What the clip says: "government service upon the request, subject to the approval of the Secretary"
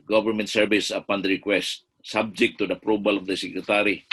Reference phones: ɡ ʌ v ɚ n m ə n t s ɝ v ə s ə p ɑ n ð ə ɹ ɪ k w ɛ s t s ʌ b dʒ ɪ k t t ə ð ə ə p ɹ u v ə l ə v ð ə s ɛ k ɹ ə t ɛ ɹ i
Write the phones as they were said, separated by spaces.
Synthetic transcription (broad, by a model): ɡ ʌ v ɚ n m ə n t s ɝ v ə s ə p ɑ n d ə ɹ ɪ k w ɛ s t s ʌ b dʒ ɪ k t t ə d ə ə p ɹ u b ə l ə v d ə s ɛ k ɹ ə t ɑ ɹ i